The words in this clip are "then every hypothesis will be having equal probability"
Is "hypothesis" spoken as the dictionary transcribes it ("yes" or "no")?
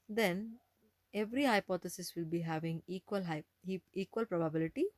no